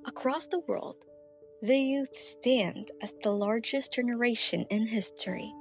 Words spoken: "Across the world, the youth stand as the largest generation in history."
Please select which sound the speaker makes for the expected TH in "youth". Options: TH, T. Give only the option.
TH